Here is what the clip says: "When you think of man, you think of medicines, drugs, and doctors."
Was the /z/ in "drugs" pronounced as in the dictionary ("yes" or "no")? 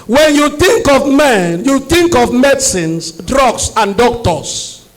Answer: no